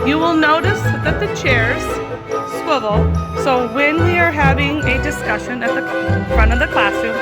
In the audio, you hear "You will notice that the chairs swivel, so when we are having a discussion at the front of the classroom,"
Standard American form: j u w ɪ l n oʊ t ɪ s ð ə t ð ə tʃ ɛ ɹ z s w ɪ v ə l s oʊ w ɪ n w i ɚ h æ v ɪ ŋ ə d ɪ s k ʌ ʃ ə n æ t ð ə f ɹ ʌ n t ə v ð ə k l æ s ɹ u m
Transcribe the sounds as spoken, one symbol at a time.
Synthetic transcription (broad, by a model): j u w ɪ l n oʊ t ɪ s ð ə t ð ə tʃ ɛ ɹ z s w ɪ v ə l s oʊ w ɪ n w i ɚ h æ v ɪ ŋ ə d ɪ s k ʌ ʃ ə n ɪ t ð ə f ɹ ʌ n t ə v ð ə k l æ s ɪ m